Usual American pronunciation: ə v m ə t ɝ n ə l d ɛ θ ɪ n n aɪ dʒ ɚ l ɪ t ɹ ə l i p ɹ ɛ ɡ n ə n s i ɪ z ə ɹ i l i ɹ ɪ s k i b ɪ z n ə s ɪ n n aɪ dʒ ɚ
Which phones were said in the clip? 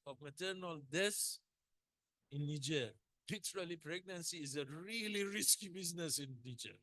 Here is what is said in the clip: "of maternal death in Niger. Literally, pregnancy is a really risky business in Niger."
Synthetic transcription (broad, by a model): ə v m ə t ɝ n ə l d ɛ s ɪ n n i dʒ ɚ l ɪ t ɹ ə l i p ɹ ɛ ɡ n ə n s i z ə ɹ i l i ɹ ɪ s k i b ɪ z n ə s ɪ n n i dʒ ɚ